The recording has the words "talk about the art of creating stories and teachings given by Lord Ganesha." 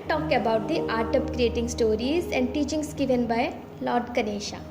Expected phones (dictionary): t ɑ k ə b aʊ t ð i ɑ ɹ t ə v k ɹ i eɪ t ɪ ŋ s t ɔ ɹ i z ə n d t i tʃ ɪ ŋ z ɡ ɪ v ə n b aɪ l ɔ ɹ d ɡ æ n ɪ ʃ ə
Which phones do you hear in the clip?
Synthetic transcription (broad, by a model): t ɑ k ə b aʊ t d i ɑ ɹ t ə p k ɹ i eɪ t ɪ ŋ s t ɔ ɹ i z ə n d t i tʃ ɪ ŋ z ɡ ɪ v ə n b aɪ l ɔ ɹ d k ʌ n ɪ ʃ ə